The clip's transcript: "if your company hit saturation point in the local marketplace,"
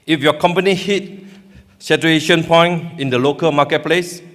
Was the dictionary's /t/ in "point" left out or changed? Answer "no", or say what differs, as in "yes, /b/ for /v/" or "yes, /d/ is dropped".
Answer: yes, /t/ is dropped